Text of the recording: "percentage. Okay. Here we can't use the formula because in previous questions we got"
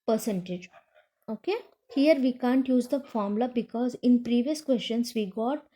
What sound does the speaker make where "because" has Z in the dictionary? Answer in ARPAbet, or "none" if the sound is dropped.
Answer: Z